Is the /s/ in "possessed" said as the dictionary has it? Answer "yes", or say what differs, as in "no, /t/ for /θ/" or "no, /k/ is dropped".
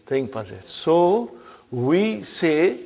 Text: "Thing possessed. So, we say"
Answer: no, /s/ is dropped